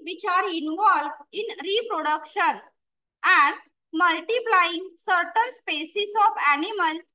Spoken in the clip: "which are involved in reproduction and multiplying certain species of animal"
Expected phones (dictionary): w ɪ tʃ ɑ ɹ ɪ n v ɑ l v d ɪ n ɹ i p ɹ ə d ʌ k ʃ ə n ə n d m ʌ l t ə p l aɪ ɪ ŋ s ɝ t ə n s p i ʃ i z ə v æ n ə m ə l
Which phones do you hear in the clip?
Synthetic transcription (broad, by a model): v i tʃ ɑ ɹ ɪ n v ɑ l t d ɪ n ɹ i p ɹ ə d ʌ k ʃ ə n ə n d m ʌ l t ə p l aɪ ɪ ŋ s ɝ t ə n s p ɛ s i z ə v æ n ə m ə l